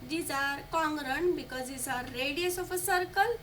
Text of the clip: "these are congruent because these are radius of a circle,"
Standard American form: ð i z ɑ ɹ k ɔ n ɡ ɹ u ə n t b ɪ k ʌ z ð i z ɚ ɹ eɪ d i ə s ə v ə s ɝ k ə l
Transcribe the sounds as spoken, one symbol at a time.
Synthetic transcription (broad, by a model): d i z ɑ ɹ k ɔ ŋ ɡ ɹ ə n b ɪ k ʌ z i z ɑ ɹ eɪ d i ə s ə p ə s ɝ k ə l